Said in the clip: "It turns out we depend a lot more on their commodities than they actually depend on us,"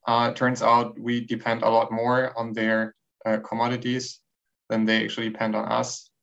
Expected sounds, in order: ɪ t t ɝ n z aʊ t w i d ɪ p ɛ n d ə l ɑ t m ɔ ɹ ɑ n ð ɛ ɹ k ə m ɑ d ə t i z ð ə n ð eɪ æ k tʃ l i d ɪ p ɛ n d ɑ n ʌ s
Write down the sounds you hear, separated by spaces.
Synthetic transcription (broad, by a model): t t ɝ n z aʊ t w i d ɪ p ɛ n d ə l ɑ t m ɔ ɹ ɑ n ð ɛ ɹ k ə m ɑ d ə t i z ð ə n ð eɪ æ k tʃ i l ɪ p ɛ n d n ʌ s